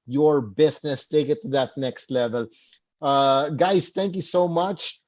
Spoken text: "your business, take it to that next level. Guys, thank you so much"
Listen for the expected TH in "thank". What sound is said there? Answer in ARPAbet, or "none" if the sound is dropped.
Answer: T